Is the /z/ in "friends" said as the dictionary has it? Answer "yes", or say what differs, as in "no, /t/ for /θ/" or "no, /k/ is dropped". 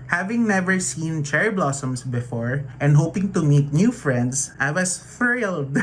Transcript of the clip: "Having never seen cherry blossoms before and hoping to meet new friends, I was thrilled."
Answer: no, /s/ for /z/